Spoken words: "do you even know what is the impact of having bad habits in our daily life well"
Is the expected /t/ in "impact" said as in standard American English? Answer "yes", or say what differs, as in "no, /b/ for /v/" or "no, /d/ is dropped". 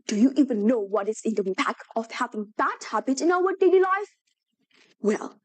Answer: no, /t/ is dropped